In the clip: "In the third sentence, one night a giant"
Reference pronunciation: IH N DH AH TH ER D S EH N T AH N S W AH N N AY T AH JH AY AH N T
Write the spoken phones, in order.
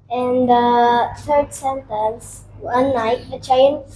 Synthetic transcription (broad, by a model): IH N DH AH T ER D S EH N T AH N S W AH N L AY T AH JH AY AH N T